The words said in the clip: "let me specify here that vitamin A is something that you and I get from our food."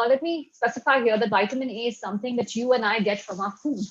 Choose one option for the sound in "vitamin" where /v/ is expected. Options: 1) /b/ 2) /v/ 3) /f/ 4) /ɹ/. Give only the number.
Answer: 1